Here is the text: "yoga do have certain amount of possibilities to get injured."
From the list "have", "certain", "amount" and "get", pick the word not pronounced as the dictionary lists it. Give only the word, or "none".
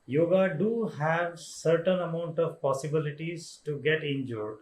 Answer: none